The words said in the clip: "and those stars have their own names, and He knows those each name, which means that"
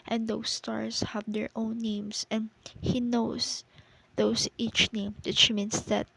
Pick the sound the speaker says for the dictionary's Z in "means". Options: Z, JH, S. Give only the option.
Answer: S